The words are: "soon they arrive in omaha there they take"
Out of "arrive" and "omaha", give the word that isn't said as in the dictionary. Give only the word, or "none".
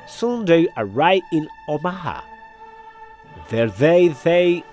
arrive